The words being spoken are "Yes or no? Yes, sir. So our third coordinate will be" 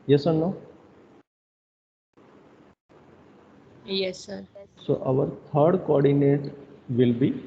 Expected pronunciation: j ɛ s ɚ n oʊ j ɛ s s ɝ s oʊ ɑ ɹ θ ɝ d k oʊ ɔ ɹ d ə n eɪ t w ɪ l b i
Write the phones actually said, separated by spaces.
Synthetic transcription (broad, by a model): j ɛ s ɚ n oʊ j ɛ s s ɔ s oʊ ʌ ɹ t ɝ d k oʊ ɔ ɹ d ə n eɪ t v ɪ l b i